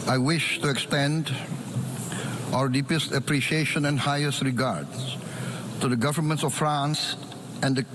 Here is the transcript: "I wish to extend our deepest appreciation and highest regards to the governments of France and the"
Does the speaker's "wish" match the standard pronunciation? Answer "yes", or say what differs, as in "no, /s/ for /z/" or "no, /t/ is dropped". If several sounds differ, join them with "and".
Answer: yes